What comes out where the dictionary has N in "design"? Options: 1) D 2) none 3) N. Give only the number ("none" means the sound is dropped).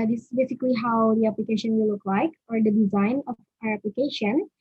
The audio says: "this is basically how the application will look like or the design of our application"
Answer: 3